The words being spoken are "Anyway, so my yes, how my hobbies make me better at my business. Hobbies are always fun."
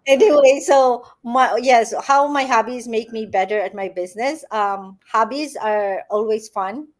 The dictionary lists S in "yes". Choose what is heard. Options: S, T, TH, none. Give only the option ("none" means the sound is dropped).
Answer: S